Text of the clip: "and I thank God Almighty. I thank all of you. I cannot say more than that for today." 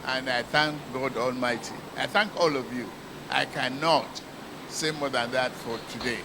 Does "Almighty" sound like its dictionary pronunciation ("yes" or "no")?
yes